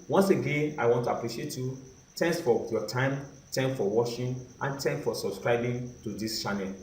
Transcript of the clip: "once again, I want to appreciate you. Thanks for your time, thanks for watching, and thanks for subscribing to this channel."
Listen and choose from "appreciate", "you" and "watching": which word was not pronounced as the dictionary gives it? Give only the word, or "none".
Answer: watching